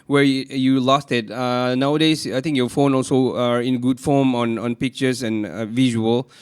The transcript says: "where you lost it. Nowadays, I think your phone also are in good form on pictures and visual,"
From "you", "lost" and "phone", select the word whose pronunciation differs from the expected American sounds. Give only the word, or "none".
none